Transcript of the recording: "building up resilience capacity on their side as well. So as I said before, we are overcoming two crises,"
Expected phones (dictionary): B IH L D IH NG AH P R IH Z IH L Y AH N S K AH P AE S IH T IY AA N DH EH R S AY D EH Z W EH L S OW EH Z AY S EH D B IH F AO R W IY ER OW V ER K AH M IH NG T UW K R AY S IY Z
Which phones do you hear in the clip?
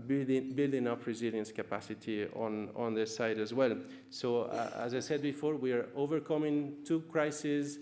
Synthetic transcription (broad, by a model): B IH L D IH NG AH P R IH Z IH L Y AH N S K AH P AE S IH T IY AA N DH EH S AY D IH Z W EH L S OW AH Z AY S EH D B IH F AO R W IY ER OW V ER K AH M IH NG T UW K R AY S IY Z